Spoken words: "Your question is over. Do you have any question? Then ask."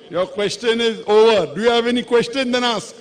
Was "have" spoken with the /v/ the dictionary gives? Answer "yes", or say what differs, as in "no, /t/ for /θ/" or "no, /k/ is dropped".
yes